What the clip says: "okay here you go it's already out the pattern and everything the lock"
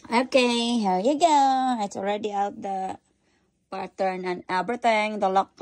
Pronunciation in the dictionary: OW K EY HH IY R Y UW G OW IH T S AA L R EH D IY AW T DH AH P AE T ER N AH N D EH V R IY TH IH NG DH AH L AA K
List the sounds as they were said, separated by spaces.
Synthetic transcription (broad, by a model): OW K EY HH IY Y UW G OW IH T S AA L R EH D IY AW T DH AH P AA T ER N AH N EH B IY T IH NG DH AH L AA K